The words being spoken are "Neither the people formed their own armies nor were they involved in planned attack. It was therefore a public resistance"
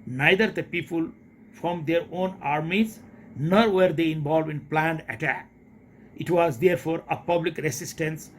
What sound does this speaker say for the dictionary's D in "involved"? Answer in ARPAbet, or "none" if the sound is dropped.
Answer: none